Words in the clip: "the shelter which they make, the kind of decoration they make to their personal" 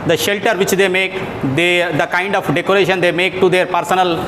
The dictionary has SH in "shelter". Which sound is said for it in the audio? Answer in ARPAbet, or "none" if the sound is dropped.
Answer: SH